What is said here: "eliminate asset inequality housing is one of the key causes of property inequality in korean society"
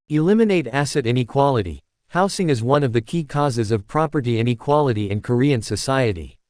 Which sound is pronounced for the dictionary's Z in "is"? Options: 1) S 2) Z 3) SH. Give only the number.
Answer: 2